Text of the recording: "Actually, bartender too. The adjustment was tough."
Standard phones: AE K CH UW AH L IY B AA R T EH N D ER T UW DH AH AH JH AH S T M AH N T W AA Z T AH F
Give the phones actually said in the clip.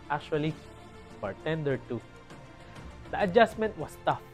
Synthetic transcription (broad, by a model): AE K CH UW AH L IY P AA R T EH N D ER T UW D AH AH JH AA S M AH N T W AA S T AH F